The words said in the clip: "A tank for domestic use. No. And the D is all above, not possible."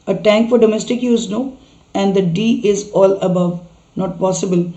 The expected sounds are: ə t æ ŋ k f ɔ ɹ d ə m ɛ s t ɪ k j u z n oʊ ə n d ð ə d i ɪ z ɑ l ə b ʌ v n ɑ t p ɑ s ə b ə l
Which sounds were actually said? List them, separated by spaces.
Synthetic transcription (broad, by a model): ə t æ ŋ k f ɔ ɹ d ə m ɛ s t ɪ k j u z n oʊ ə n d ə d i ɪ z ɑ l ə b ʌ v n ɑ t p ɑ s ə b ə l